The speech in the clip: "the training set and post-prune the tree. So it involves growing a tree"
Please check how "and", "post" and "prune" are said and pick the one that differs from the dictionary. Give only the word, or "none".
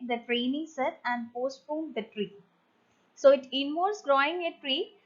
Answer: prune